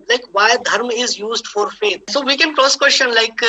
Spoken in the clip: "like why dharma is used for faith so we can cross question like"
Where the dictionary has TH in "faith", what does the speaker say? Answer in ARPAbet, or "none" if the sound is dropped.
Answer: T